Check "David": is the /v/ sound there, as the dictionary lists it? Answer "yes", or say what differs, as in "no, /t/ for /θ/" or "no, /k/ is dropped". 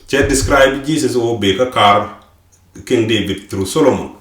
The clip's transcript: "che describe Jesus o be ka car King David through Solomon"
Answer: no, /b/ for /v/